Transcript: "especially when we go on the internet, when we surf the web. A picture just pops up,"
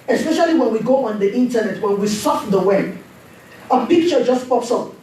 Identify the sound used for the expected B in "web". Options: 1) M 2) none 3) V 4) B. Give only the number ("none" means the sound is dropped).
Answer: 2